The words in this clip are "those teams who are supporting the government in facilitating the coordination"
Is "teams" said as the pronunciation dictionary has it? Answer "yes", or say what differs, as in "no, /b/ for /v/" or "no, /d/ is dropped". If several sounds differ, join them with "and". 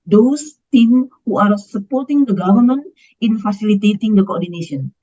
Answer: no, /z/ is dropped